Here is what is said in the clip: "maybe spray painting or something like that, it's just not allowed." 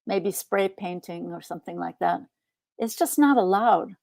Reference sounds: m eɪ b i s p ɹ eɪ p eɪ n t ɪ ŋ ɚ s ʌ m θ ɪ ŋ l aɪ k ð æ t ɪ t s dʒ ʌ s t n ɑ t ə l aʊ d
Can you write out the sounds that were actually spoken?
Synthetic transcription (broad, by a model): m eɪ b i s p ɹ eɪ p eɪ n t ɪ ŋ ɚ s ʌ m θ ɪ ŋ l aɪ k ð æ t ɪ t s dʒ ʌ s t n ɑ t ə l aʊ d